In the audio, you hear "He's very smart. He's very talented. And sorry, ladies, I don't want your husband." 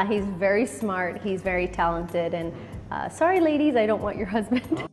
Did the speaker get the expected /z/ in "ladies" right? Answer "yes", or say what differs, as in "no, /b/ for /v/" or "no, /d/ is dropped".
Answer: yes